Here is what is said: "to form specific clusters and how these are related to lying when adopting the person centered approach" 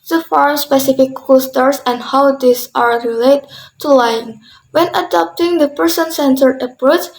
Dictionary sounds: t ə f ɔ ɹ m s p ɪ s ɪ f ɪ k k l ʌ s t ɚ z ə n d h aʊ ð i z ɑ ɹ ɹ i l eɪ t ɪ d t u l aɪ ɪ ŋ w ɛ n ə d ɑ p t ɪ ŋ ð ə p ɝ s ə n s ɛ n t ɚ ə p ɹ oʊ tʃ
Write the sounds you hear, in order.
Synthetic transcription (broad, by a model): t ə f ɔ ɹ m s p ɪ s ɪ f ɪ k k ɔ s t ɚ s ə n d h aʊ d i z ɑ ɹ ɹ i l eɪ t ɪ t u l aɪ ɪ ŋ w ɛ n ə d ɑ p t ɪ ŋ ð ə p ɝ s ə n s ɛ n t ɚ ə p ɹ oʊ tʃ